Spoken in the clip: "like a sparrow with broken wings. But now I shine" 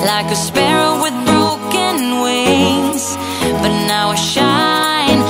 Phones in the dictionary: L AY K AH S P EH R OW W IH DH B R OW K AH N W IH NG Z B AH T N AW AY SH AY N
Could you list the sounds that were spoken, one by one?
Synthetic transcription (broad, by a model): L AY K AH S P EH R OW W IH DH B R OW K AH N W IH Z B AH T N AW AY SH AY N